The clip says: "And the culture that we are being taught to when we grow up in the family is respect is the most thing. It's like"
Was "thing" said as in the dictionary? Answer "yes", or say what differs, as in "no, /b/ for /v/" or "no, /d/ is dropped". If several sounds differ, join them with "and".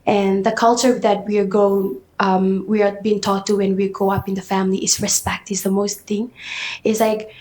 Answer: yes